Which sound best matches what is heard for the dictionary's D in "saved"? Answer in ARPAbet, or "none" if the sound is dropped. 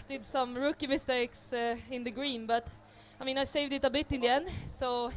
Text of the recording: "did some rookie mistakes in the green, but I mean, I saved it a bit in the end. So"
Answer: D